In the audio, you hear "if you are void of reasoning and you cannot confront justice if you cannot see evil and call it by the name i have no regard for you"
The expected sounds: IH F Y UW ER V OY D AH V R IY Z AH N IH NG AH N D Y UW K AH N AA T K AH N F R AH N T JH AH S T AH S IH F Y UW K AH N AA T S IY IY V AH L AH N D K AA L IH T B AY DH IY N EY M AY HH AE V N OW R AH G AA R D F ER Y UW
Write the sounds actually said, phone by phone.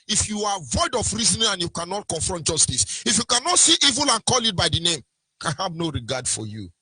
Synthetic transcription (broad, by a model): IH F Y UW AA V OY D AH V R IY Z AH N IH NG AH N Y UW K AH N AA T K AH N F R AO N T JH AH S T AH S IH F Y UW K AH N AA T S IY IY V AH L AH N K AA L IH T B AY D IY N EY M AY HH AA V N OW R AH G AA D F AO Y UW